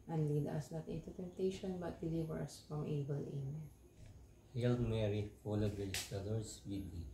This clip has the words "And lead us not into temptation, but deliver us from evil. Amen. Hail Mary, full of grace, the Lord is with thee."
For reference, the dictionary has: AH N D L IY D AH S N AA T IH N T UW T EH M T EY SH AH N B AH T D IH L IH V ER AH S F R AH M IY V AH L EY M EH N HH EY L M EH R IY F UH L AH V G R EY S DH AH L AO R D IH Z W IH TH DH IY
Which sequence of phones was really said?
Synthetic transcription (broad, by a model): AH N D L IY D AH S N AA T IH N T UW T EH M T EY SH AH N B AH T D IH L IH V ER AH S F R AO M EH B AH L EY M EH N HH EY L M EH R IY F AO L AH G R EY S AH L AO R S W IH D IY